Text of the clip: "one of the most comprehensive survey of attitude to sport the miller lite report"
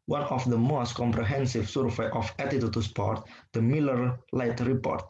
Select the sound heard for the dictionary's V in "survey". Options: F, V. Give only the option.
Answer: F